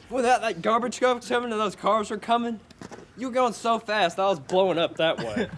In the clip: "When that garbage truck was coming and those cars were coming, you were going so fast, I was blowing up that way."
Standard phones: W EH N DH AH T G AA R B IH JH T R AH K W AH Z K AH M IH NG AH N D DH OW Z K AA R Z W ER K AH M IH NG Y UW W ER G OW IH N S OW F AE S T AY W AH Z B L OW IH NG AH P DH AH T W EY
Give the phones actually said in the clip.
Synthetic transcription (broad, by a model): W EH N DH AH T G AA R B IH JH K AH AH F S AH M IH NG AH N DH OW Z K AA R Z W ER K AH M IH NG Y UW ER G OW IH N S OW F AE S T AY W AH Z B L OW IH NG AH P DH AH T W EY